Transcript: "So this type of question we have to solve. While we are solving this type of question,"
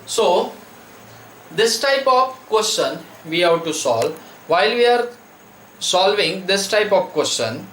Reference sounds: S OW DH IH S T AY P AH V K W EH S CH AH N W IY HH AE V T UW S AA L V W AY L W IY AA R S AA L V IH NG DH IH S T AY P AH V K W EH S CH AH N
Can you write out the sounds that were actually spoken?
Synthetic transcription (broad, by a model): S OW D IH S T AY P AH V K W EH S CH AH N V IY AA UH T UW S AA L V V AY L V IY AA R S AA L V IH NG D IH S T AY P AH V K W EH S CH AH N